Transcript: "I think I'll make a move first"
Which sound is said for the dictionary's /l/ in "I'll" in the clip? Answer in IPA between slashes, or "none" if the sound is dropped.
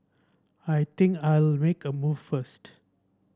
/l/